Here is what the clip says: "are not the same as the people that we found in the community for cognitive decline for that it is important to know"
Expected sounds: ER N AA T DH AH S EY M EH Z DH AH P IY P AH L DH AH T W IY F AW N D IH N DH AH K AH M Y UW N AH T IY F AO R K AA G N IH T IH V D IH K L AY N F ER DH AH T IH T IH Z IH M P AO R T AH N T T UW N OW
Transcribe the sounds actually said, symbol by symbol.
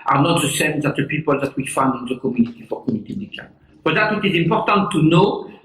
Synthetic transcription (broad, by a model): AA N AA T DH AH S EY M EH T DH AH P IY P AH L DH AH T W IY F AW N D IH N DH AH K AH M Y UW N AH T IY F AO R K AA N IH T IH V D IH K AY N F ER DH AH T IH T IH Z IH M P AO R T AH N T T UW N OW